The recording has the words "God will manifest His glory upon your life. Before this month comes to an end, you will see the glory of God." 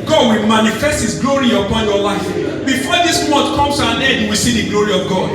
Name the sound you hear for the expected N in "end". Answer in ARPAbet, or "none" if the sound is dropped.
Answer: none